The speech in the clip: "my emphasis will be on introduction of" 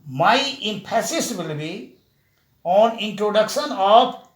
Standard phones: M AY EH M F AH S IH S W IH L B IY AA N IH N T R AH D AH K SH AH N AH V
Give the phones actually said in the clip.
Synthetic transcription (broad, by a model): M AY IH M P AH S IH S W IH L B IY AA N IH N T R AH D AH K SH AH N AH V